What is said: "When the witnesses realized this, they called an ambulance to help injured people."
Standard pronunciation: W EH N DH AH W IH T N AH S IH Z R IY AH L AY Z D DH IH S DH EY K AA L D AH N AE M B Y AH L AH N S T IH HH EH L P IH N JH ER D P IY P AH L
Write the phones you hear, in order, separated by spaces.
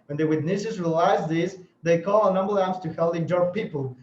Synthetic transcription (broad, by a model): W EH N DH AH W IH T N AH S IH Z R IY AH L AY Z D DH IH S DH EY K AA L AH N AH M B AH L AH S T IH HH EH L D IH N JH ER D P IY P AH L